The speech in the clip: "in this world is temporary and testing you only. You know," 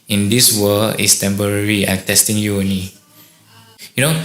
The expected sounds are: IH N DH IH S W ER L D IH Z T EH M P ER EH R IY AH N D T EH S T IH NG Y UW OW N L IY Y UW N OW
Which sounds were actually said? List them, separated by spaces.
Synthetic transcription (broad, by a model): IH N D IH S W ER L IH S T EH M P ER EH R IY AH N T EH S T IH NG Y UW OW N IY Y UW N OW